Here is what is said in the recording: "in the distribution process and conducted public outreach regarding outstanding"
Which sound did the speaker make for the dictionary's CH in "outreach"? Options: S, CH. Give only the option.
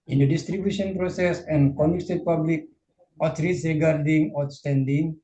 S